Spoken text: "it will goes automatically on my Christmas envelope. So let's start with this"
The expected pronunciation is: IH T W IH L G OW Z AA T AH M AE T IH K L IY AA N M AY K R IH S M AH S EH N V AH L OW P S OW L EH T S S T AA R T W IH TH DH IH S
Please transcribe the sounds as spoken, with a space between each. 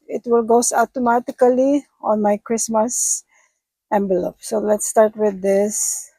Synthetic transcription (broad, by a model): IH T W IH L G OW S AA T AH M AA T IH K L IY AA N M AY K R IH S M AH S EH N B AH L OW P S OW L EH T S S T AA R T W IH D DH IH S